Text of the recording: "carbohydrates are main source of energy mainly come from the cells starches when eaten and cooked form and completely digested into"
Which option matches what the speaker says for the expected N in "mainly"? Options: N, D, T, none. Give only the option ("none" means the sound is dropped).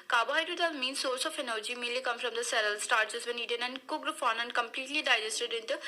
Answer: none